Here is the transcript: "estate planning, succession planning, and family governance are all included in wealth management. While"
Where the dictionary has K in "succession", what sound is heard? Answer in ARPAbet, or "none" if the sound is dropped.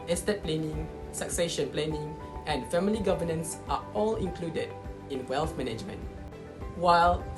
K